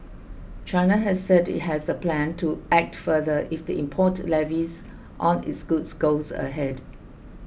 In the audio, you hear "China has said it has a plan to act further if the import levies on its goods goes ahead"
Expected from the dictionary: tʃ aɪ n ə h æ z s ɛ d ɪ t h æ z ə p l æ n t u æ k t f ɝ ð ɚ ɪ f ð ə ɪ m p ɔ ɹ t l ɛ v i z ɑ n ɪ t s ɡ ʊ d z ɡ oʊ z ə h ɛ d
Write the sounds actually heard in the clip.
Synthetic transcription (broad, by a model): tʃ aɪ n ə h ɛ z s ɛ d ɪ t h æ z ə p l æ n t u æ k t f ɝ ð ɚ ɪ f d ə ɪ m p ɔ t l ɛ v i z ɑ n ɪ t s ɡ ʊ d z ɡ oʊ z ə h ɛ d